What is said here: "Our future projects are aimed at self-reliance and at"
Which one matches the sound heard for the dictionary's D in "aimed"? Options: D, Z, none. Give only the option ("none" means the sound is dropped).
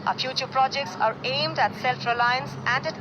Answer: D